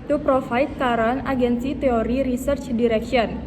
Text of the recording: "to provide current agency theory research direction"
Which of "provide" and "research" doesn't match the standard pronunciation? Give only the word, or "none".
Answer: provide